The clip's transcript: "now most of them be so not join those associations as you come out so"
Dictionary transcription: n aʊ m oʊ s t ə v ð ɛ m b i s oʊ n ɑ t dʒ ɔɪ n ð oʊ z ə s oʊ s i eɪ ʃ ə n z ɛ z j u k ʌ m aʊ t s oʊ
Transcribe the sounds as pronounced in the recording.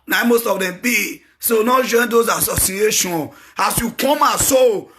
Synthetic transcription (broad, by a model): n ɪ m oʊ s t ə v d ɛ m b i s oʊ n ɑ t dʒ ɔɪ n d oʊ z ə s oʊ s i eɪ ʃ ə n ɑ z j u k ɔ m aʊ s oʊ